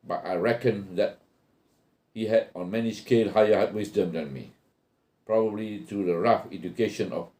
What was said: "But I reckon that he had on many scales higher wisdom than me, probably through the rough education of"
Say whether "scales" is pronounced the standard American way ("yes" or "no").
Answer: no